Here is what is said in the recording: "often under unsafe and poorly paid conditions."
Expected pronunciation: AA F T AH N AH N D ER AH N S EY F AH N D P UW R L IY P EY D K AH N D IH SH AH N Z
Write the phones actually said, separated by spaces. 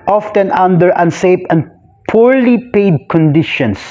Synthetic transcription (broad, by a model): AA F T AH N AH N D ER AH N S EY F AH N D P UW R L IY P EY D K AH N D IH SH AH N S